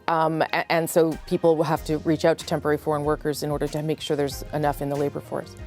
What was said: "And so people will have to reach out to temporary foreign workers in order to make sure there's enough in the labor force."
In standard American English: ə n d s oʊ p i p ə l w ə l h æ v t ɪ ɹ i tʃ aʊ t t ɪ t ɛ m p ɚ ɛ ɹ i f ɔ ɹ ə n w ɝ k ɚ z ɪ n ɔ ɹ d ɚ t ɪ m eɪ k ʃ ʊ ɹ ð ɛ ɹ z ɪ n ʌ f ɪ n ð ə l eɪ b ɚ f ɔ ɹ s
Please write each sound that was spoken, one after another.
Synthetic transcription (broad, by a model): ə n s oʊ p i p l w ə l h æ f t ɪ ɹ i tʃ aʊ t t ɪ t ɛ m p ɚ ɛ ɹ i f ɔ ɹ ə n w ɝ k ɚ z ɪ n ɔ ɹ d ɚ t ɪ m eɪ k ʃ ʊ ɹ ð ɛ ɹ z ɪ n ʌ f ɪ n ð ə l eɪ b ɚ f ɔ ɹ s